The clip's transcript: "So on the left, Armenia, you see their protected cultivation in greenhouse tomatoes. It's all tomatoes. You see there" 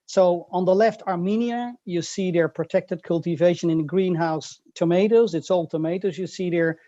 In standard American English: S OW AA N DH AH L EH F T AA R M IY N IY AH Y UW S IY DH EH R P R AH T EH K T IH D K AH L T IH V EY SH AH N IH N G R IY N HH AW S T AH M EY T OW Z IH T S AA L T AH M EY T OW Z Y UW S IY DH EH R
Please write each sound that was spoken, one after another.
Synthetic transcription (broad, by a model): S OW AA N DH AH L EH F T AA R M IY N IY AH Y UW S IY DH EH R P R AH T EH K T IH D K AH L T IH V EY SH AH N IH N G R IY N HH AW S T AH M EY T OW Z IH T S AA L T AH M EY T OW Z Y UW S IY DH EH R